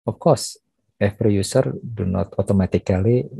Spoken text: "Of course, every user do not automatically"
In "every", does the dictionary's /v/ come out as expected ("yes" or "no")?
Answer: no